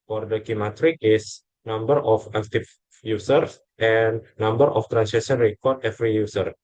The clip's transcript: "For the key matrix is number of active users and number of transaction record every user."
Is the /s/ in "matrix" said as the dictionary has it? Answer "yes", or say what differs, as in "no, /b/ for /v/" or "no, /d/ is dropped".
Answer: no, /s/ is dropped